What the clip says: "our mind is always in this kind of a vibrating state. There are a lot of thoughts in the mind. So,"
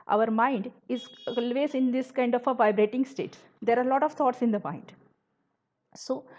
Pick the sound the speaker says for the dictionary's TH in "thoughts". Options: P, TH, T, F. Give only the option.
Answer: T